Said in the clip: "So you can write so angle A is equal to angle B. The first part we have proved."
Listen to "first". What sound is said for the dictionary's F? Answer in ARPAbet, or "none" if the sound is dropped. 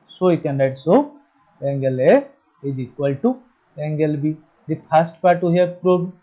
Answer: P